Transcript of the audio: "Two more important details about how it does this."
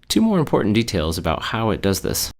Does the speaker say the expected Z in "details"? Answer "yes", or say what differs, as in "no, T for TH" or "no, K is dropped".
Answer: yes